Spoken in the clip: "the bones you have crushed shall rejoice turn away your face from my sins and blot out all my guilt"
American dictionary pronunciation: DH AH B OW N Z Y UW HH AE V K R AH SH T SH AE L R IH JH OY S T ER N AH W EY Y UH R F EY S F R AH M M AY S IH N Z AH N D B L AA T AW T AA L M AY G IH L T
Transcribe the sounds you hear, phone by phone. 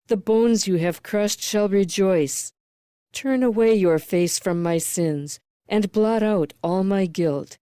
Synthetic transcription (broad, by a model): DH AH B OW N Z Y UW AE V K R AH SH T SH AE L R IH JH OY S T ER N AH W EY Y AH R F EY S F R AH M M AY S IH N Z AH N B L AA T AW T AA L M AY G IH L T